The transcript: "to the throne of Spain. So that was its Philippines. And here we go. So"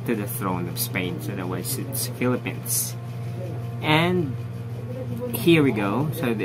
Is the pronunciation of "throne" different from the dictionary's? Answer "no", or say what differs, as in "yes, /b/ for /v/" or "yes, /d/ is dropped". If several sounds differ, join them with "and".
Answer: no